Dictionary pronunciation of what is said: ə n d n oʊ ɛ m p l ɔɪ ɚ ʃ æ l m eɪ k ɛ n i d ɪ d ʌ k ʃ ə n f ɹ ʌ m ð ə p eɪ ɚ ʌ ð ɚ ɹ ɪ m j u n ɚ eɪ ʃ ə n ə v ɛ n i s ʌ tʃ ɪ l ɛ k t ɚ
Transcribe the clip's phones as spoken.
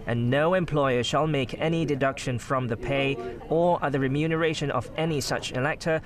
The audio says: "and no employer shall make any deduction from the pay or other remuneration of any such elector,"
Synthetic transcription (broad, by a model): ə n n oʊ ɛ m p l ɔɪ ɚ ʃ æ l m eɪ k ɛ n i d ɪ d ʌ k ʃ ə n f ɹ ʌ m ð ə p eɪ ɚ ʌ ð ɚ ɹ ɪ m j u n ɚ eɪ ʃ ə n ə v ɛ n i s ʌ tʃ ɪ l ɛ k t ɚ